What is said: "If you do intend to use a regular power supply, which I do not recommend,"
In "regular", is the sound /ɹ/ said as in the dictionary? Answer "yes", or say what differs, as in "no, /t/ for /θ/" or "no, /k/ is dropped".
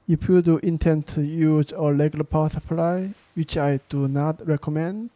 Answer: no, /l/ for /ɹ/